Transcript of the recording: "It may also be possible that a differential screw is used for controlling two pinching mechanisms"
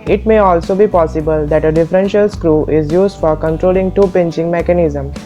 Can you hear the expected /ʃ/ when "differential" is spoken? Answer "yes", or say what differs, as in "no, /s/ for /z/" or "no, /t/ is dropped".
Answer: yes